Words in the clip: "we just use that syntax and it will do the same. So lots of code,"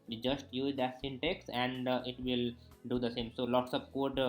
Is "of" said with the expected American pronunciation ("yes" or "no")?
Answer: no